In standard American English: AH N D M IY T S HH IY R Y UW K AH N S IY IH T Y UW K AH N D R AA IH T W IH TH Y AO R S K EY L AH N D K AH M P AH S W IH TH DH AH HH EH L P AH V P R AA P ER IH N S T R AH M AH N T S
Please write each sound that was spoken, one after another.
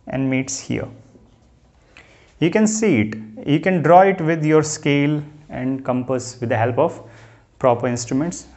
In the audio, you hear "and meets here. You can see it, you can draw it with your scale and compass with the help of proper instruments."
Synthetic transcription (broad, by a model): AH N D M IY T S HH IY R Y UW K AH N S IY IH T Y UW K AH N D R AA IH T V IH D Y AO R S K EY L AH N D K AH M P AH S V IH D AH HH EH L P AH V P R AA P ER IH N S T R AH M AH N T S